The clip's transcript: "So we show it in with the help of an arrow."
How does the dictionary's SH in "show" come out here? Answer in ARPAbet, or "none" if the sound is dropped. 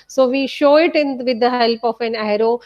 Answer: SH